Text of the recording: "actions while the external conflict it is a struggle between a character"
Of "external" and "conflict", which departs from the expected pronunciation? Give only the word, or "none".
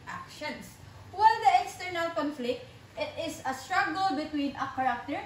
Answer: none